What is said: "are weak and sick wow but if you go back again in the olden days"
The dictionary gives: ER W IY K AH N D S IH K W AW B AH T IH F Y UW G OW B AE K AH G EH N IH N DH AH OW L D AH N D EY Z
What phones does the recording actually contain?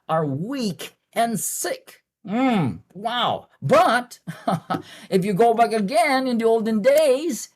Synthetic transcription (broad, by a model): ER W IY K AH N S IH K W AW B AH T IH F Y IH G OW B AE K AH G EH N IH N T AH OW L D AH N D EY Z